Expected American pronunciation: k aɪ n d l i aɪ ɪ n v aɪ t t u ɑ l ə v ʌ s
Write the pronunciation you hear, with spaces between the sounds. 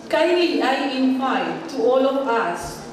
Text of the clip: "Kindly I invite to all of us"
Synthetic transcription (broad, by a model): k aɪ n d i aɪ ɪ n p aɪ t t u ɑ l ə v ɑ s